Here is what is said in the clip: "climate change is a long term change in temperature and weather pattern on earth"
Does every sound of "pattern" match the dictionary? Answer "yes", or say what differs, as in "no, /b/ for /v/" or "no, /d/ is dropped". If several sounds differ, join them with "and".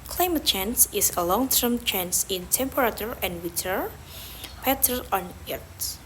no, /n/ is dropped